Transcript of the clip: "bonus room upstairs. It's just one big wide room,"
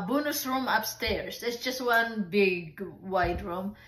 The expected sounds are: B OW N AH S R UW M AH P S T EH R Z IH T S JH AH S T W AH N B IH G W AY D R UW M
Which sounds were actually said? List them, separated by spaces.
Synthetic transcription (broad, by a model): B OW N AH S R UW M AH P S T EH R S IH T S JH AH S T W AH N B IH G W AY D R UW M